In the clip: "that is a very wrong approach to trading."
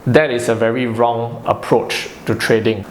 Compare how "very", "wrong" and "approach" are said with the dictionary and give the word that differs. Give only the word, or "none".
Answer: none